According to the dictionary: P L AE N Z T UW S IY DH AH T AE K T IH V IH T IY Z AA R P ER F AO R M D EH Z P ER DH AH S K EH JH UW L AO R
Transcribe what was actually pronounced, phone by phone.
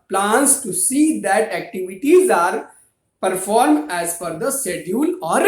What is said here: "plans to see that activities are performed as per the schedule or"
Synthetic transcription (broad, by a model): P L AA N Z T UW S IY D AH T AE K T IH V IH T IY Z AA R P ER F AO R M D EH Z F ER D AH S EH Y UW L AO R